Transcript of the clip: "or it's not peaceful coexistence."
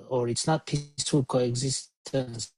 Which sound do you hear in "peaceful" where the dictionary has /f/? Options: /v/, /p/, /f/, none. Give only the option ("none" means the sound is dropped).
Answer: none